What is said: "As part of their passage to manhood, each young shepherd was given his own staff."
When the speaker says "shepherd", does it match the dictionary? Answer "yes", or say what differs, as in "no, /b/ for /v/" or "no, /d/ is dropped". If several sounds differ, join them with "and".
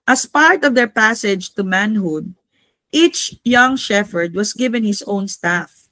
no, /f/ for /p/